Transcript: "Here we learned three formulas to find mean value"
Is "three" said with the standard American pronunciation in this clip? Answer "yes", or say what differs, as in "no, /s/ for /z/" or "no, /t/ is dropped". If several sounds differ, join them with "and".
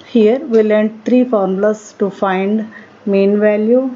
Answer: no, /t/ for /θ/